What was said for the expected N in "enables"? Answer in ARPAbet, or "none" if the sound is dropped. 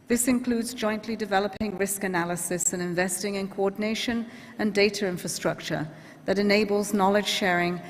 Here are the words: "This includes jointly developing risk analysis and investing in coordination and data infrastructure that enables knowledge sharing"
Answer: N